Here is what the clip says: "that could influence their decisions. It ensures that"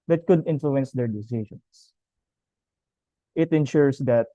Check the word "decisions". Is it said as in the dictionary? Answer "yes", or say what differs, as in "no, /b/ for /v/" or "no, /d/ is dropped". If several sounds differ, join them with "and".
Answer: no, /s/ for /z/